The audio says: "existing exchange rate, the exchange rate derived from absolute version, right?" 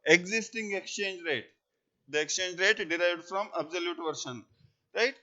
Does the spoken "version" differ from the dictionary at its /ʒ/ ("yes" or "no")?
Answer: yes